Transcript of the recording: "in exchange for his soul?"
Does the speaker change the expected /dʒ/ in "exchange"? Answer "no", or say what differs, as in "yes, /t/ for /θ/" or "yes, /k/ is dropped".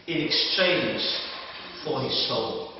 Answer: yes, /z/ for /dʒ/